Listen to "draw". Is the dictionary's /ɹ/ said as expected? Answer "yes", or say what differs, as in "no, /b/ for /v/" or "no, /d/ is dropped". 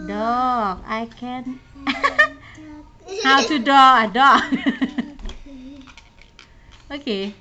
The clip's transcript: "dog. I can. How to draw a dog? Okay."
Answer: no, /ɹ/ is dropped